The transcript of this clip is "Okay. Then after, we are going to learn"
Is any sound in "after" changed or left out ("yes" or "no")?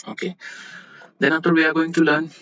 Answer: yes